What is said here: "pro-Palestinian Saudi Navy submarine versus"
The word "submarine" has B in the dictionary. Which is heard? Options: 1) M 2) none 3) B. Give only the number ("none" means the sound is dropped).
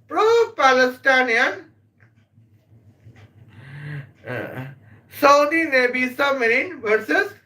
2